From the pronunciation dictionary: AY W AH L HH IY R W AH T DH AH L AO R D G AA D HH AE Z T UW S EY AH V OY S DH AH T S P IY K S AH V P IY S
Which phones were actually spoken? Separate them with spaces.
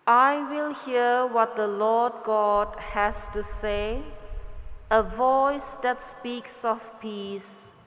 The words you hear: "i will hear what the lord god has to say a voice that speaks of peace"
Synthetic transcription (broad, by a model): AY W AH L HH IY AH W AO T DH AH L AO D G AA D HH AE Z T UW S EY AH V OY S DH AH T S P IY K S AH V P IY S